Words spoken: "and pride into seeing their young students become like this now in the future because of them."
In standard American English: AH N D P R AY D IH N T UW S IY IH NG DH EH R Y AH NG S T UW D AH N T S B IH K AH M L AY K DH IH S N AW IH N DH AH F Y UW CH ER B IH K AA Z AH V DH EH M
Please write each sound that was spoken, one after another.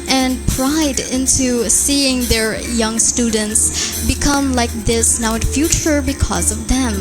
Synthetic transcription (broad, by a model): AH N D P R AY D IH N T UW S IY IH NG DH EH R Y AH NG S T UW D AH N T S B IH K AH M L AY K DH IH S N AW IH N F Y UW CH ER B IH K AA Z AH V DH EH M